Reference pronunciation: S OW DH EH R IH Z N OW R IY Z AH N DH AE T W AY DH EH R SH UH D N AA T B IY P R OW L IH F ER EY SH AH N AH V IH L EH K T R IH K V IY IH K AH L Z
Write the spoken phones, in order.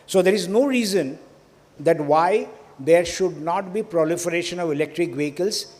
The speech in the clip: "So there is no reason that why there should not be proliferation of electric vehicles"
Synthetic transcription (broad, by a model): S OW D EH R IH Z N OW R IY Z AH N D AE T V AY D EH R SH UH D N AA T B IY P R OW L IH F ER EY SH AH N AH V IH L EH K T R IH K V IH K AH L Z